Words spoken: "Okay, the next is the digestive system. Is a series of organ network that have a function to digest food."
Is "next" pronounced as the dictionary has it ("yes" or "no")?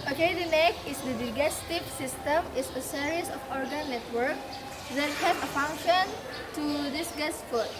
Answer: no